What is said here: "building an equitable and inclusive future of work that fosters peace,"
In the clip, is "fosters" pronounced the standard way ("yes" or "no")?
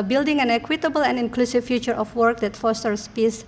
no